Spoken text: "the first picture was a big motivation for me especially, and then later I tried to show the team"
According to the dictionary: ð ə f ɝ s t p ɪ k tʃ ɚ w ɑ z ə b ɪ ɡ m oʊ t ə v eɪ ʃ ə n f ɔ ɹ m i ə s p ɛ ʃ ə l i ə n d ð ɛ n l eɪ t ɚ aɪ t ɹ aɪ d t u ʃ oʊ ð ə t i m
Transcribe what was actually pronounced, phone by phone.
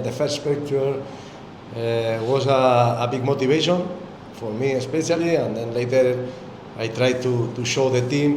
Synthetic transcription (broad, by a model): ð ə f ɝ s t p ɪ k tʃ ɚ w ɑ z ə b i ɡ m oʊ t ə b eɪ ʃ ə n f ɔ ɹ m i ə s p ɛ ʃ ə l i ə n d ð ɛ n l eɪ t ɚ aɪ t ɹ aɪ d t u ʃ oʊ ð ə t i m